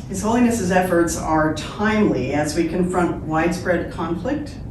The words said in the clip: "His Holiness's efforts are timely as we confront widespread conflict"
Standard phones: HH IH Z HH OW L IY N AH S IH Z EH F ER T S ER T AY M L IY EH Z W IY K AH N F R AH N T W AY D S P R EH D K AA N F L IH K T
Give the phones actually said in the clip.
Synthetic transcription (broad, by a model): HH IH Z HH OW L IY N AH S IH Z EH F ER T S ER T AY M L IY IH Z W IY K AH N F R AH N T W AY D S P R EH D K AA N F L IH K T